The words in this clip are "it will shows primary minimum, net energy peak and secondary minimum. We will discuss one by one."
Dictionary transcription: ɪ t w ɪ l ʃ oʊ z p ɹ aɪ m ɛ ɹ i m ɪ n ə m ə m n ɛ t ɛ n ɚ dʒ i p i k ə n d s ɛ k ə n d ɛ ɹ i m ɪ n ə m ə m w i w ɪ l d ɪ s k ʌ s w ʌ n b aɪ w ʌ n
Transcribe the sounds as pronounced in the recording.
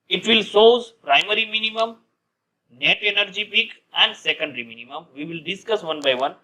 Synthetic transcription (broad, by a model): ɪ t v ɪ l s oʊ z p ɹ aɪ m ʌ ɹ i m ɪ n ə m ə m n ɛ t ɛ n ɚ dʒ i p i k ə n d s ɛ k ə n d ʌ ɹ i m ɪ n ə m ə m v i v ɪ l d ɪ s k ʌ s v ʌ n b aɪ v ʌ n